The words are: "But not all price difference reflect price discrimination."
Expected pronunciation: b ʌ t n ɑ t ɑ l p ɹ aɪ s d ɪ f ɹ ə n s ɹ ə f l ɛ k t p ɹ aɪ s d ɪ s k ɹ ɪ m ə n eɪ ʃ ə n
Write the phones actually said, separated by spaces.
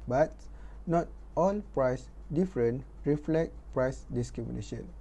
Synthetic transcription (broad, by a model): b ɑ t n ɑ t ɑ l p ɹ aɪ s d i f ɹ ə n ɹ ə f l ɛ k t p ɹ aɪ s d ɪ s k ɹ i m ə n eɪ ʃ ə n